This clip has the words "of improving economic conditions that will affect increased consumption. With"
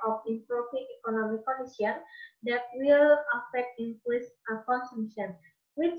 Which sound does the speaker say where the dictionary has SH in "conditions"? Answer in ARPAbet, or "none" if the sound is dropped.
none